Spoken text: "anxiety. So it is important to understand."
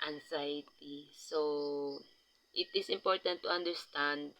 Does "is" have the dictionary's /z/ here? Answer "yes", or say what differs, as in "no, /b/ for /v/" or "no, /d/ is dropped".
no, /s/ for /z/